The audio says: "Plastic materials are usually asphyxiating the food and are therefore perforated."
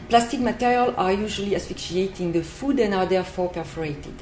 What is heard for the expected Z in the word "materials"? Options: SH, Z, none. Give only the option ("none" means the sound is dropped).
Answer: none